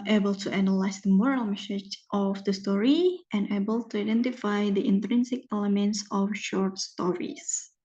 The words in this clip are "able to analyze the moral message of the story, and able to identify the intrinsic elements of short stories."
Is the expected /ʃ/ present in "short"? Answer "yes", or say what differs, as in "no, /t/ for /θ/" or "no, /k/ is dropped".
yes